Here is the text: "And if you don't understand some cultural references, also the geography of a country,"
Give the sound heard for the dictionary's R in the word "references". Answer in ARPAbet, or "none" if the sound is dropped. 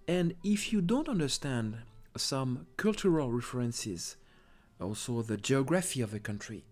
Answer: R